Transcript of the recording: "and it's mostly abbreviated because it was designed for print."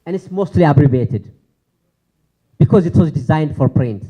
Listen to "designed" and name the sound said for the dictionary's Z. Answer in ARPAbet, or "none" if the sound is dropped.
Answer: Z